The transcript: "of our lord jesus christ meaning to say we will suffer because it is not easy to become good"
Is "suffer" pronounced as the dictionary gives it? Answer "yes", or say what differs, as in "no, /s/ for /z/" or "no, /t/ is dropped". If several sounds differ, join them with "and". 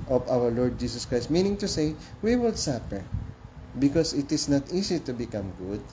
no, /p/ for /f/